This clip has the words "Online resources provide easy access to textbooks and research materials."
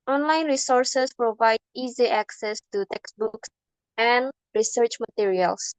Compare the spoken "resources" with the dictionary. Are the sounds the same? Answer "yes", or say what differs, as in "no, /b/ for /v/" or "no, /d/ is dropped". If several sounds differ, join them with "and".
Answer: no, /s/ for /z/